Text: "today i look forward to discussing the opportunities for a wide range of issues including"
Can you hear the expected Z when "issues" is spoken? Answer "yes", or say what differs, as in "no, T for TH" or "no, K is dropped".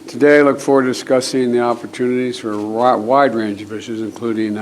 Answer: yes